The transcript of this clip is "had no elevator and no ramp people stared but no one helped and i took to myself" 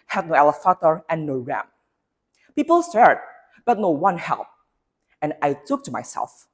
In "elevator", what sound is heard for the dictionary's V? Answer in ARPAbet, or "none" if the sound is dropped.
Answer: F